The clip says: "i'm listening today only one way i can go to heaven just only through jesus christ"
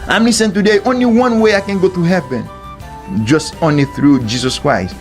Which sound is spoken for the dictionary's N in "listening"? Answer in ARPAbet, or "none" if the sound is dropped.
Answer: none